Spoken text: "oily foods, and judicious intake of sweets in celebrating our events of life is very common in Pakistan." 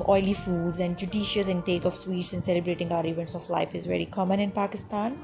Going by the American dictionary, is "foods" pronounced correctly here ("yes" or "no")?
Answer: yes